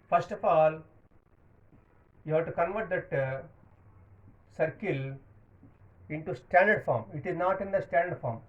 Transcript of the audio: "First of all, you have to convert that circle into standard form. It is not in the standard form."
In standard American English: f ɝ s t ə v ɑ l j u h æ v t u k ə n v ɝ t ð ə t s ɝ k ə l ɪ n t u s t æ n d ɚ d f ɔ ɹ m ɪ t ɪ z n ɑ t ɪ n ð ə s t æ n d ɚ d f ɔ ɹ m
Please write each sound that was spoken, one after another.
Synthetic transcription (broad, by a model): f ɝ s t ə f ɑ l j u h æ v t u k ə n v ɝ t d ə t s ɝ k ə l ɪ n t u s t æ n d ɚ d f ɔ ɹ m ɪ t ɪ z n ɑ t ɪ n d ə s t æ n d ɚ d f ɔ ɹ m